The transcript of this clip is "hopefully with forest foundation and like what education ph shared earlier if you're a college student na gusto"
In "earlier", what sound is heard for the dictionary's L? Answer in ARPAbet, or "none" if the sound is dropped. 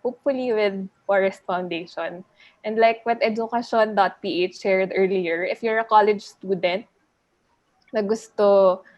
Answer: L